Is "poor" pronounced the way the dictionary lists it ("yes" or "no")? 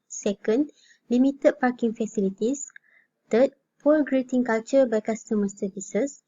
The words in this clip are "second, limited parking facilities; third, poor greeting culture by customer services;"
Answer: no